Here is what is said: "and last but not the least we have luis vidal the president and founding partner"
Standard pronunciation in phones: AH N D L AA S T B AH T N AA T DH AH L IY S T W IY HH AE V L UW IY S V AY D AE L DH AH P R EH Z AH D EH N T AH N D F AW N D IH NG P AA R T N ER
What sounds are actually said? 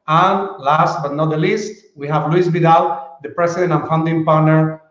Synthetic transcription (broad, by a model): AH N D L AA S T B AH T N AA T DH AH L IY S T W IY HH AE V L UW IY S B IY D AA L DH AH P R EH S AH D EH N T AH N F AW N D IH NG P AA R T N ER